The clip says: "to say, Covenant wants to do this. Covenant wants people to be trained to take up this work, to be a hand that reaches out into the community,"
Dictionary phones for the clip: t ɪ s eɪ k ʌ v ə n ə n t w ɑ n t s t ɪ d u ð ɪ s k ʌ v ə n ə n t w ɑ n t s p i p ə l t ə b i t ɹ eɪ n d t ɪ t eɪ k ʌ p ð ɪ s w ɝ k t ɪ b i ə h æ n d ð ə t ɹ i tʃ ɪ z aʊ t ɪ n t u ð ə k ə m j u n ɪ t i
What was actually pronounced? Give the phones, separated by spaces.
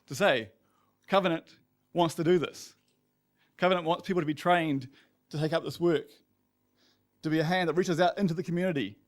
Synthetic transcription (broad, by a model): t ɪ s eɪ k ʌ v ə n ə n t w ɑ n t s t ɪ d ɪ ð ɪ s k ʌ v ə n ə n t w ɑ n t s p i p l t ə b i t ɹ eɪ n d t ɪ t eɪ k ʌ p ð ɪ s w ɝ k t ɪ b i ə h æ n ð ə t ɹ i tʃ ɪ z aʊ t ɪ n t u ð ə k m j u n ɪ t i